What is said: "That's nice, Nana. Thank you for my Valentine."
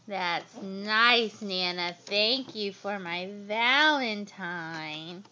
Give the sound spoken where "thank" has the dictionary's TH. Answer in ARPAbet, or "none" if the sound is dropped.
TH